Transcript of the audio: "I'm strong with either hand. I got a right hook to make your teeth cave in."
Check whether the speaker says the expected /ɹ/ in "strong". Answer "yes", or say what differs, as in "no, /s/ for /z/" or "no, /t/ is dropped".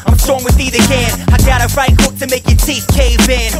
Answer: no, /ɹ/ is dropped